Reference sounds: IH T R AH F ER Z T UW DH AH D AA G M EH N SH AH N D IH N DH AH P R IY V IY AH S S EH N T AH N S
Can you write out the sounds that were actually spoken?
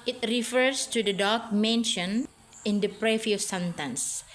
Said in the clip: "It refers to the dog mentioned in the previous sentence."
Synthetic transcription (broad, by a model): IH T R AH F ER S T UW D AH D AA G M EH N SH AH N IH N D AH P R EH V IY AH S S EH N T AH N S